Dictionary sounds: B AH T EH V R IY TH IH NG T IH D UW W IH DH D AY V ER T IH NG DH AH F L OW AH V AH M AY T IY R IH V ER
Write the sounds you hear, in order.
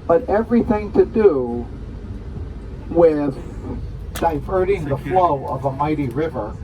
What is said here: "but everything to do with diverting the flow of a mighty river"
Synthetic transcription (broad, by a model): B AH T EH V R IY TH IH NG T IH D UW W IH DH D AY V ER T IH NG DH AH F L OW AH V AH M AY T IY R IH V ER